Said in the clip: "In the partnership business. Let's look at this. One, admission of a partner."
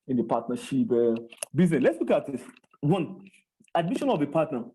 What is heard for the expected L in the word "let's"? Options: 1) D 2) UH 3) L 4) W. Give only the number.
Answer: 3